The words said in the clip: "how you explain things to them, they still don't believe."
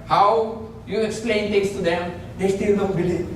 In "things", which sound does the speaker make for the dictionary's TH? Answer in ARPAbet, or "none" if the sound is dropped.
T